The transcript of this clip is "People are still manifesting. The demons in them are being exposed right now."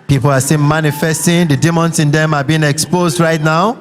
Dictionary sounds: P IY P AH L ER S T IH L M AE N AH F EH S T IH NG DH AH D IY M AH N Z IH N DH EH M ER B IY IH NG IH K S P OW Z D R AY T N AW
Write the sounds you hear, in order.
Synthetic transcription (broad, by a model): P IY P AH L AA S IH N M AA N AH F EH S T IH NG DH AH D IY M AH N S IH N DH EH M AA B IY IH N IH K S P OW Z D R AY T N AW